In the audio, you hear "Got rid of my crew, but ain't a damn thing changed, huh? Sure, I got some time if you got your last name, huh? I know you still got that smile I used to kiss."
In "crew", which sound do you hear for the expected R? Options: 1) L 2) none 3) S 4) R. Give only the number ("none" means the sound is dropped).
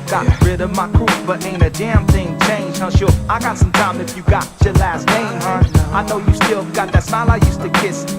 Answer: 2